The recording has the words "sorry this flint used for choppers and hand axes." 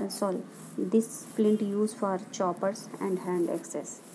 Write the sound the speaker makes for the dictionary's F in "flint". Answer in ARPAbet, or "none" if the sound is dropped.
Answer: P